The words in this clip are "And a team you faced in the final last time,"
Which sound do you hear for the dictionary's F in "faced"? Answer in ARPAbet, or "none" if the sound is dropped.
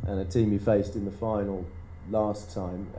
F